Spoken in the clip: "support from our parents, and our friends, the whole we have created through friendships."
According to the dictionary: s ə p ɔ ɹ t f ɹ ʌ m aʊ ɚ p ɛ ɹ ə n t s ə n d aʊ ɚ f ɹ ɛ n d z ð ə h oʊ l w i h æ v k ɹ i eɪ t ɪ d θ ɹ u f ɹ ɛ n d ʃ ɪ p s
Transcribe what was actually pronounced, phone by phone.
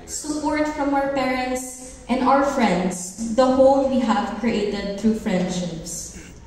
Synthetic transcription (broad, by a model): s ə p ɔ ɹ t f ɹ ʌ m aʊ ɚ p ɛ ɹ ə n t s ə n d aʊ ɚ f ɹ ɛ n d s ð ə h oʊ l w i h æ v k ɹ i eɪ t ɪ d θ ɹ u f ɹ ɛ n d ʃ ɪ p s